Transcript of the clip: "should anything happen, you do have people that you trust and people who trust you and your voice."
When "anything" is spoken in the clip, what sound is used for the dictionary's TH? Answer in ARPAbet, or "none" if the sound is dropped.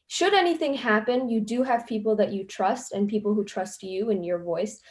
TH